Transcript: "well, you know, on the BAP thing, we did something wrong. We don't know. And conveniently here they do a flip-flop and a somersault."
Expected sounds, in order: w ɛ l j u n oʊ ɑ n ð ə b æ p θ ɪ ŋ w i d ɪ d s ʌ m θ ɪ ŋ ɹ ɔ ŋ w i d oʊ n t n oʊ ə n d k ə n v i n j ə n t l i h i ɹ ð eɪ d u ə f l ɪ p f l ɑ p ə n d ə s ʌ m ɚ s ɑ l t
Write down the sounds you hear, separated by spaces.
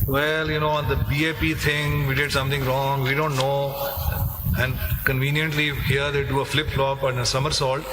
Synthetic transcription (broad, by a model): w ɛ l j u n oʊ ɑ n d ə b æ p t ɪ ŋ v i d ɪ d s ʌ m t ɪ ŋ ɹ ɔ ŋ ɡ i d oʊ n t n oʊ ə n d k ə n v i n j ə n t l i h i ɹ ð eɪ d u ə f l ɪ p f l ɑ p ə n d ə s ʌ m ɚ s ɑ l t